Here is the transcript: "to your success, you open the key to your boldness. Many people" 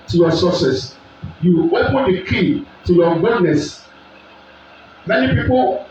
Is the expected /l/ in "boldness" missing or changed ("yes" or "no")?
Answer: yes